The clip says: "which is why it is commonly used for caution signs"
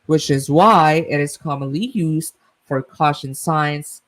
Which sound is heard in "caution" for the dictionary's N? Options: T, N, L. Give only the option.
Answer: N